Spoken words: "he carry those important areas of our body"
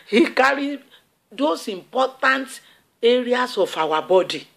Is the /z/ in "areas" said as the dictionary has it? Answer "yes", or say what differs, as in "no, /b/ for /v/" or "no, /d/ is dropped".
no, /s/ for /z/